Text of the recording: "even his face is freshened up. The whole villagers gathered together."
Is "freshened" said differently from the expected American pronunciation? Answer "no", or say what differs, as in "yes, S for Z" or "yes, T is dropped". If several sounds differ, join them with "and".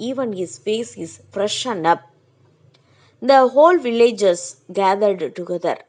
no